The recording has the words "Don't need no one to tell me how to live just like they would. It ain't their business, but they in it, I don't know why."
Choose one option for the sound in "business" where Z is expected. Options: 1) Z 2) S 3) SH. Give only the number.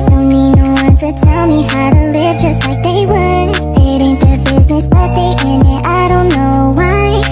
1